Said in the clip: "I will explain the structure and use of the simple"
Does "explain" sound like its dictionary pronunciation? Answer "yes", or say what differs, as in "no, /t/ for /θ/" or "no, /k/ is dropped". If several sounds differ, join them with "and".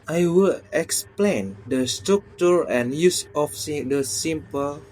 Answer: yes